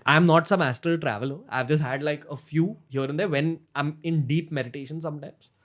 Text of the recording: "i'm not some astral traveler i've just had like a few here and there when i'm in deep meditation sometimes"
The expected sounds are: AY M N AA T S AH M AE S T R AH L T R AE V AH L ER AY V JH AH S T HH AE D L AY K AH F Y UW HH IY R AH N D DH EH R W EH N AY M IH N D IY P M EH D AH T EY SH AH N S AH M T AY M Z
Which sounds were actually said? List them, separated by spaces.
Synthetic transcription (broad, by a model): AY M N AA T S AH M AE S T AH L T R AE V AH L ER AY V JH AH S T HH AE D L AY K AH F Y UW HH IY R AH N D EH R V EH N AY M IH N D IY P M EH D AH T EY SH AH N S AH M T AY M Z